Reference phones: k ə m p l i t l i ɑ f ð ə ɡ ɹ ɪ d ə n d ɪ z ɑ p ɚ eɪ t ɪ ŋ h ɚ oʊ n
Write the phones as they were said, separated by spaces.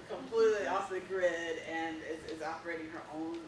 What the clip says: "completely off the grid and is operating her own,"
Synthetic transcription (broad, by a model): k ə m p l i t l i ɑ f ð ə ɡ ɹ ɪ d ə n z ɪ z ɑ p ɚ eɪ t ɪ ŋ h ɚ oʊ n